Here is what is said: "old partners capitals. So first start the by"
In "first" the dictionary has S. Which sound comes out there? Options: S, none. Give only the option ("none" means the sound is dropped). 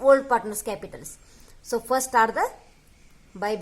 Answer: none